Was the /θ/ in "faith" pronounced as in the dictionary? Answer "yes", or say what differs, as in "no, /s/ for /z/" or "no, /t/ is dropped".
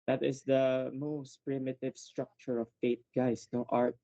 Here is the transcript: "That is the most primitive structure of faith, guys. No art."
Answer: no, /t/ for /θ/